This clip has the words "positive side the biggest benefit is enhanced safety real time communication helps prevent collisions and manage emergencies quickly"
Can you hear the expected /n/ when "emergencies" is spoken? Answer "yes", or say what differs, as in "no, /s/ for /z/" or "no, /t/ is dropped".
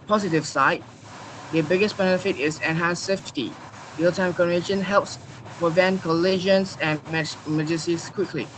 no, /n/ is dropped